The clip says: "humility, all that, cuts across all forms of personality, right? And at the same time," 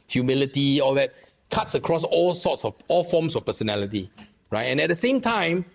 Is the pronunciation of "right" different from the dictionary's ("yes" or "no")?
no